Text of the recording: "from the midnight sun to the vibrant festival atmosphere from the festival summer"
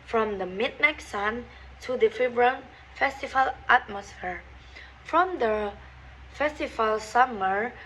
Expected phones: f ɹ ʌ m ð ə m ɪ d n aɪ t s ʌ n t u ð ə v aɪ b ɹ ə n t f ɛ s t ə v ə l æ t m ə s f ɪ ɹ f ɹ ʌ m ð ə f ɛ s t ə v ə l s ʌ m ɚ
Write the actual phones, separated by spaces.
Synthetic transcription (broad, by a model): f ɹ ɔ m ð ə m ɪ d n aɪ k s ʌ n t u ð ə f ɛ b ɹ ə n f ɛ s t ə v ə l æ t m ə s f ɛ ɹ f ɹ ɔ m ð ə f ɛ s t ə v ə l s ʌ m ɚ